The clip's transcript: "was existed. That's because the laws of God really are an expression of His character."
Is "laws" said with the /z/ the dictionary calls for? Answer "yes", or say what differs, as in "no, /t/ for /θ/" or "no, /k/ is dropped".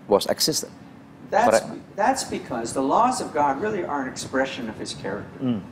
yes